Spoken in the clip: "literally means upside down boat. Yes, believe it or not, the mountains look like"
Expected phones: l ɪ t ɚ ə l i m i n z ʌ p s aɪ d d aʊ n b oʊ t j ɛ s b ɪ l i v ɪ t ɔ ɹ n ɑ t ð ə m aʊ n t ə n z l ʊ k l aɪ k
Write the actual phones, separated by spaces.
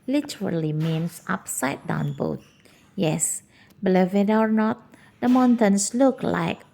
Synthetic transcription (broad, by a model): l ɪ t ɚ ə l i m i n s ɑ p s aɪ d d aʊ n b oʊ t j ɛ s b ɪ l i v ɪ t ɔ ɹ n ɑ t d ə m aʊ n t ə n s l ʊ k l aɪ k